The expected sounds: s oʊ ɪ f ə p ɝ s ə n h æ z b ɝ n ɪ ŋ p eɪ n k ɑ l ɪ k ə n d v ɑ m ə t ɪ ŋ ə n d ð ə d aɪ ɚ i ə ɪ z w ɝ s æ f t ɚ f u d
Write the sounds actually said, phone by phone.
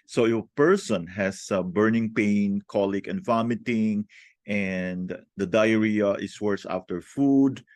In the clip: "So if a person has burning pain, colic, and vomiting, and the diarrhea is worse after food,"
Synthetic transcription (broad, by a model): s oʊ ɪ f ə p ɝ s ə n h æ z b ɝ n ɪ ŋ p eɪ n k ɑ l ɪ k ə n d v ɑ m ə t ɪ ŋ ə n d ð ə d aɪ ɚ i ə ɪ s w ɝ s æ f t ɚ f u d